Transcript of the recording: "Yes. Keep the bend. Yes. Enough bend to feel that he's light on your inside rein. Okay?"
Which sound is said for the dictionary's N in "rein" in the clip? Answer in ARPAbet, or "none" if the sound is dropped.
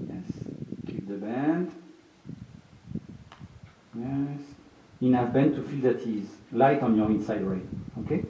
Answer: none